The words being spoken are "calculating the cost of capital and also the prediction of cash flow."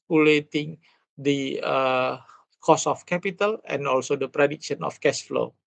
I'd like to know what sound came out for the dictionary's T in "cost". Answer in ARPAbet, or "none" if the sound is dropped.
none